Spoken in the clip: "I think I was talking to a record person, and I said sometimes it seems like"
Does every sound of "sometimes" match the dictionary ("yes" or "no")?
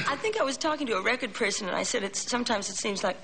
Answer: yes